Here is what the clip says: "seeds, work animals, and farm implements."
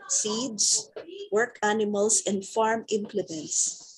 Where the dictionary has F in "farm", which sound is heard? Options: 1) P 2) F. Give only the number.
2